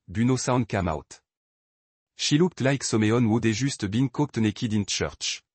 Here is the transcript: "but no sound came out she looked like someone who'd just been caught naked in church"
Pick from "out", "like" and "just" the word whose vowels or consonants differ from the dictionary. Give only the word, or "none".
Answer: just